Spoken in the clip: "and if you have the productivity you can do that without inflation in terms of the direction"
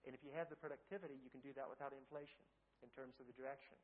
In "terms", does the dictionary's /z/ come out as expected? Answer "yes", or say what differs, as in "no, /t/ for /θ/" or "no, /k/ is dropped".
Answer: yes